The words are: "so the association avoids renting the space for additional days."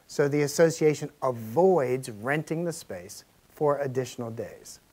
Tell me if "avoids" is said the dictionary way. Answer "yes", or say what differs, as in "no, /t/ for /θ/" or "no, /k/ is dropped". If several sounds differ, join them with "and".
yes